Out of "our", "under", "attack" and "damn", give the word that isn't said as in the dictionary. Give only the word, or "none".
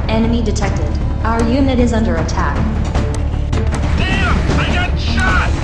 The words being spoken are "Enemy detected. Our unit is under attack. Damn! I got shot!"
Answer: damn